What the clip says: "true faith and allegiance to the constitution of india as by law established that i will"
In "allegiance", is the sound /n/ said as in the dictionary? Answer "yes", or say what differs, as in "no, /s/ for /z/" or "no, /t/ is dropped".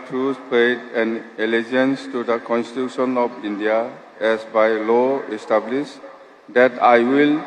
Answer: yes